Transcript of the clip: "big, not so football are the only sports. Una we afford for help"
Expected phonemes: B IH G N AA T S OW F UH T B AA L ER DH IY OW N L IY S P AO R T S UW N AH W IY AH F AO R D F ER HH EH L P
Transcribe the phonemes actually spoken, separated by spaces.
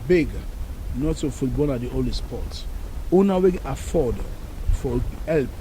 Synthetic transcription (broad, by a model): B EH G N AA T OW F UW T B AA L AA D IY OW L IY S P AO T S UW N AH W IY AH F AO D F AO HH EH L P